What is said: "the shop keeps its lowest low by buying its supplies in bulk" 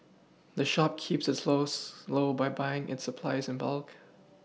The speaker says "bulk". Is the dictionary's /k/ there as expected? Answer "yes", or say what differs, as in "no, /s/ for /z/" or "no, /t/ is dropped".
yes